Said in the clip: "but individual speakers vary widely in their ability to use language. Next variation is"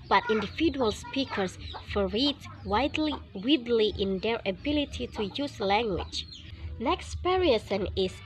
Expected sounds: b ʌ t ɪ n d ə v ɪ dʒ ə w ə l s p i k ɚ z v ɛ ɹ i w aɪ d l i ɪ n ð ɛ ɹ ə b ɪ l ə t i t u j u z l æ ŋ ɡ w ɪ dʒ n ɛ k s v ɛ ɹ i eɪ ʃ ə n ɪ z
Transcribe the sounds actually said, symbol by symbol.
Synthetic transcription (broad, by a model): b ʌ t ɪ n d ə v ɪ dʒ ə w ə l s p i k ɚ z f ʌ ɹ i w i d l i ɪ n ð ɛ ɹ ə b ɪ l ə t i t u j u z l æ ŋ ɡ w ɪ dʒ n ɛ k s p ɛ ɹ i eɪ s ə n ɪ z